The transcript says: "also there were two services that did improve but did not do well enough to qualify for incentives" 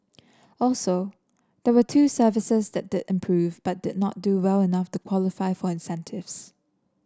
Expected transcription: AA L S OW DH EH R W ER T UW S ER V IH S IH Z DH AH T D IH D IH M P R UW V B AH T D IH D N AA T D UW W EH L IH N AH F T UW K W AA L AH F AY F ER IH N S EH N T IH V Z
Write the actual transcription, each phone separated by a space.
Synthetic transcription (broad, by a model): AA L S OW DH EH W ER T UW S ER V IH S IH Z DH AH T D IH D IH M P R UW V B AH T D IH D N AA T D UW W EH L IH N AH F T UW K W AA L AH F AY F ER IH N S EH N T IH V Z